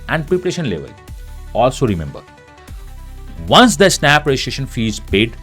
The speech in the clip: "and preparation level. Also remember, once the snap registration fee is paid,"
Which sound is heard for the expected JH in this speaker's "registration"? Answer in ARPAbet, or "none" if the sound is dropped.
none